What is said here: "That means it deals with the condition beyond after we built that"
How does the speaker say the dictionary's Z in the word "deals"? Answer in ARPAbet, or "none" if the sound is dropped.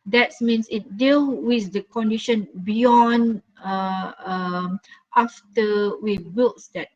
none